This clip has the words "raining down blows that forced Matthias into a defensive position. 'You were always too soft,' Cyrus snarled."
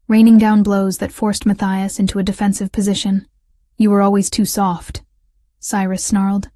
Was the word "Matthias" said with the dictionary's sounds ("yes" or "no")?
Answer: yes